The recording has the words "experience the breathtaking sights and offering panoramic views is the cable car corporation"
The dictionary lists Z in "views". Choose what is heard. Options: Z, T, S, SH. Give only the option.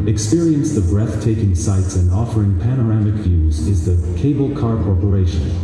Z